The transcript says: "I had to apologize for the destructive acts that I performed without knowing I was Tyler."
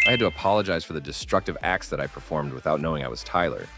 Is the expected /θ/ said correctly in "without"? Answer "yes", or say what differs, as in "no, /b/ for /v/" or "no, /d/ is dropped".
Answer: yes